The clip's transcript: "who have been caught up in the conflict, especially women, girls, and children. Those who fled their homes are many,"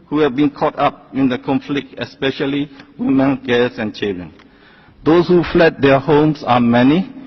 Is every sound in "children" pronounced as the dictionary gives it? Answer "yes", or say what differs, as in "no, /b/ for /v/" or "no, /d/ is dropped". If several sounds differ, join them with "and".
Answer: no, /l/ is dropped